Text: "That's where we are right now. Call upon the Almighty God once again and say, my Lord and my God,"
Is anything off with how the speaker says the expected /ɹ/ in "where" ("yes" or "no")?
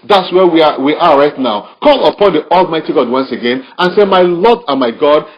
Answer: yes